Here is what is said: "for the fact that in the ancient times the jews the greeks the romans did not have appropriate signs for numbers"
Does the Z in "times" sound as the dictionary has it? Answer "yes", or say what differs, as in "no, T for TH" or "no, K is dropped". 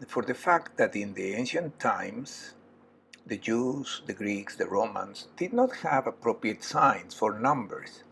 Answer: no, S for Z